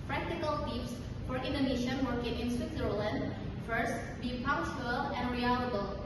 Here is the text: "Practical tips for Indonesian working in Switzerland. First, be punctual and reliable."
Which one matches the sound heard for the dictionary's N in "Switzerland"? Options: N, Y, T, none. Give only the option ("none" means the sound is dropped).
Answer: N